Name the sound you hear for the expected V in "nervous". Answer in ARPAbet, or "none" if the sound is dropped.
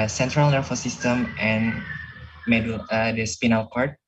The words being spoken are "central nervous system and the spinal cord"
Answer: F